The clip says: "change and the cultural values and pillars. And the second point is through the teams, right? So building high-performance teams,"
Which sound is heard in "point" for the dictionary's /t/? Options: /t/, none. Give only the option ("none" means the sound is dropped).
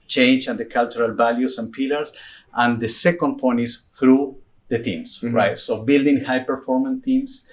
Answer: none